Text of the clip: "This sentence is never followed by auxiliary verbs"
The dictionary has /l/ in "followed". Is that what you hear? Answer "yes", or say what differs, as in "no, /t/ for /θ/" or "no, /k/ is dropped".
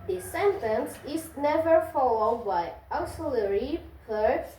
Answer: yes